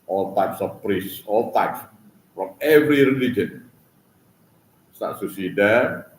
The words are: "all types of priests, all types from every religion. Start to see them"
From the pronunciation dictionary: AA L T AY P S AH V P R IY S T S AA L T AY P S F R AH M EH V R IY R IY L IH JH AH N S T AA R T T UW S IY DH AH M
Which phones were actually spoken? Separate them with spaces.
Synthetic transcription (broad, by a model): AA L T AY P S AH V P R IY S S AA L T AY P S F R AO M EH V R IY R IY L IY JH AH N S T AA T S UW S IY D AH